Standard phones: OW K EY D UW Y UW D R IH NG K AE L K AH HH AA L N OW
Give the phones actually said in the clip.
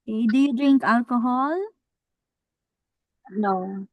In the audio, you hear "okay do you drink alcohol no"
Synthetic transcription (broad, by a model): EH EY D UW Y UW D R IH NG K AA L K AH HH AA L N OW